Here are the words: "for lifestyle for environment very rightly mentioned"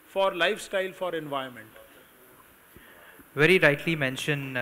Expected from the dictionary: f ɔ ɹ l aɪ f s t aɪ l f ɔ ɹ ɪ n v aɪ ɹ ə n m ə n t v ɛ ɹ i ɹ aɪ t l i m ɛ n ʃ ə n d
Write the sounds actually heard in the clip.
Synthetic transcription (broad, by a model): f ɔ ɹ l aɪ f s t aɪ l f ɔ ɹ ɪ n v aɪ ə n m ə n t v ɛ ɹ i ɹ aɪ t l i m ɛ n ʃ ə n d